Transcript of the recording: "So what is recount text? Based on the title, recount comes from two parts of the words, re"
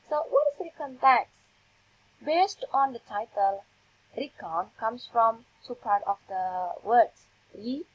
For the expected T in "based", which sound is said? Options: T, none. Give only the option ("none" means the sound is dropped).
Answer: T